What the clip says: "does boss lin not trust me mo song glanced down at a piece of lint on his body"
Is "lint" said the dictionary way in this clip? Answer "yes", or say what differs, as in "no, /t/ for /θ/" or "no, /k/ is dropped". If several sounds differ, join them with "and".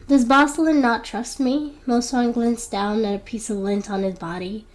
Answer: yes